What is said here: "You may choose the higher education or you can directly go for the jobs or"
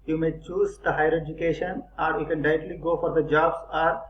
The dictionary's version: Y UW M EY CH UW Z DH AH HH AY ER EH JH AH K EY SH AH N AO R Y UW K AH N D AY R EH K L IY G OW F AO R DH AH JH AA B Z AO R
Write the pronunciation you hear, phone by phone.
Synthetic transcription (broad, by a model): Y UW M EY CH UW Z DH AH HH AY ER EH JH AH K EY SH AH N AO R Y UW K AH N D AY EH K L IY G OW F AO R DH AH JH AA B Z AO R